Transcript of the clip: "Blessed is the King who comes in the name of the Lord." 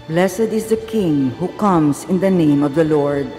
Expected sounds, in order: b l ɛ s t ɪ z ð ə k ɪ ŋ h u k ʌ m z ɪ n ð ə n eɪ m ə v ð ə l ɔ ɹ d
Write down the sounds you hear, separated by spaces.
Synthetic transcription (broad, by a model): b l ɛ s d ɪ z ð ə k ɪ ŋ h u k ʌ m s ɪ n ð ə n eɪ m ə v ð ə l ɔ ɹ d